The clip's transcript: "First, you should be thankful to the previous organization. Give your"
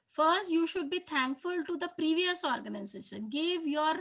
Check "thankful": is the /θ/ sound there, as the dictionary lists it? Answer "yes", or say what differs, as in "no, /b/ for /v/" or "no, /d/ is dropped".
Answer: no, /t/ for /θ/